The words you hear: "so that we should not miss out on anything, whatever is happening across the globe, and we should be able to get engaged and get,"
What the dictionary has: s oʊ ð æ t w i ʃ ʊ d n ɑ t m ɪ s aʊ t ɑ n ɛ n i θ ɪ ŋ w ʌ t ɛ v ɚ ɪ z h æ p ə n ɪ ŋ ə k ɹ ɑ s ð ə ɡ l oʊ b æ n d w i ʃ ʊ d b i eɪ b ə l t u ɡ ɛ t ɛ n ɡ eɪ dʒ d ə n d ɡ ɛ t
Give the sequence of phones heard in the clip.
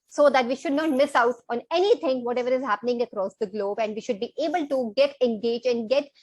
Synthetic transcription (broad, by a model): s oʊ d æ t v i ʃ ʊ d n ɑ t m ɪ s aʊ t ɑ n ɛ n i t ɪ ŋ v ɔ t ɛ v ɚ ɪ z h æ p ə n ɪ ŋ ə k ɹ ɑ s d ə ɡ l oʊ b æ n d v i ʃ ʊ d b i eɪ b ə l t u ɡ ɛ t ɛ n ɡ eɪ dʒ ə n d ɡ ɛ t